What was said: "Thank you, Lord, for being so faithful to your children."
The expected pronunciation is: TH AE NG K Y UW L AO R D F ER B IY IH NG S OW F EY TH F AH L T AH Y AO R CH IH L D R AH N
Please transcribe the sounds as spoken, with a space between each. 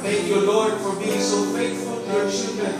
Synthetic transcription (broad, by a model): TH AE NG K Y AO L AO R D F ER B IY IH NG S OW F EY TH F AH L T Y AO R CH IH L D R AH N